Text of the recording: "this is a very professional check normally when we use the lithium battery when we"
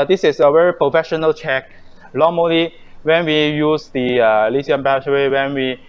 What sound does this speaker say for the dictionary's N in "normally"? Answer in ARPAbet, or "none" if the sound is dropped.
L